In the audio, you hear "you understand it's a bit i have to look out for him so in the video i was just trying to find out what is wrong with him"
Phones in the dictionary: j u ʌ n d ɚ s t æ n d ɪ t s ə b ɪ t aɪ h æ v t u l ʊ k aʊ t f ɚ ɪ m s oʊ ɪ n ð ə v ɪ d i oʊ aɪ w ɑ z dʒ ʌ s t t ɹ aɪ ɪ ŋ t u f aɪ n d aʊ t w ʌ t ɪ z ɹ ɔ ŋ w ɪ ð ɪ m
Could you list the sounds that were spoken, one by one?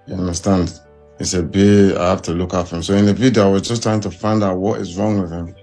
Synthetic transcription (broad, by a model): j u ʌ n d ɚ s t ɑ n d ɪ s ə b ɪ aɪ h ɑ f t u l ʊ k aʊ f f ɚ ɪ m s oʊ ɪ n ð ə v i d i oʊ aɪ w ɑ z dʒ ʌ s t t ɹ aɪ ɪ ŋ t u f aɪ n d aʊ t w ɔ t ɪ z ɹ ɔ ŋ w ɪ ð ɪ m